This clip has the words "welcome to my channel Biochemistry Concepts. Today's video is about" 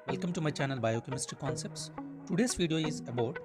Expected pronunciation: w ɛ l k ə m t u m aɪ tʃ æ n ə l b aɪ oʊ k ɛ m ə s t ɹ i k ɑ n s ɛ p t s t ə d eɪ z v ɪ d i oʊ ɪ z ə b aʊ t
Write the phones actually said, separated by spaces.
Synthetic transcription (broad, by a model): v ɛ l k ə m t u m aɪ tʃ æ n ə l b aɪ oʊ k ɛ m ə s t i k ɑ n s ɛ p t s t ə d eɪ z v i d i oʊ ɪ z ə b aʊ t